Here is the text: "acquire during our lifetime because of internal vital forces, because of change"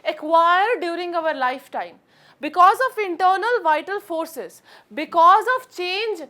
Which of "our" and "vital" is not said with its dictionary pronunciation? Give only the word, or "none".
none